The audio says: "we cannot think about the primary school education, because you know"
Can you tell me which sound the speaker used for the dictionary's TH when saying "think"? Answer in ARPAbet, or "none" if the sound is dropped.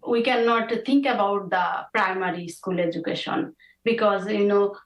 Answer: T